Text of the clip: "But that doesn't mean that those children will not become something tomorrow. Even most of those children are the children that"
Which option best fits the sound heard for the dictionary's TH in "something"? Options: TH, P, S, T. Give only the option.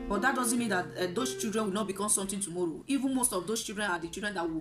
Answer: T